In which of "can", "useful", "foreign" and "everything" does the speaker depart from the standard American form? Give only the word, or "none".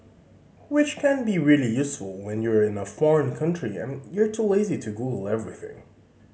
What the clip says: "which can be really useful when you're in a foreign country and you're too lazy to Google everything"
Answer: none